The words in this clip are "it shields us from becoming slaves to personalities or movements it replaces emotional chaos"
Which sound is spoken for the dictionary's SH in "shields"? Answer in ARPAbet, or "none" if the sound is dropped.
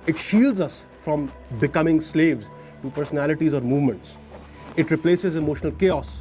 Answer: SH